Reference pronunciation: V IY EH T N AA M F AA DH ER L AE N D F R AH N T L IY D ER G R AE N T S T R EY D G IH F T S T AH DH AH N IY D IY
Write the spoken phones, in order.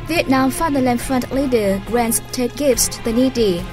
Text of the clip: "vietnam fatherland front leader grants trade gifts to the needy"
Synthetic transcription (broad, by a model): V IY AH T N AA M F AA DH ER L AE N F R AH N T L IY D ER G R AE N T S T EY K G IH F T S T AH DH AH N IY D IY